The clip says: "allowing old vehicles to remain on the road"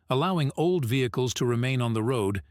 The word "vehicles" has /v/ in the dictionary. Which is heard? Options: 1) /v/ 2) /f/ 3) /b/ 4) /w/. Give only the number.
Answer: 1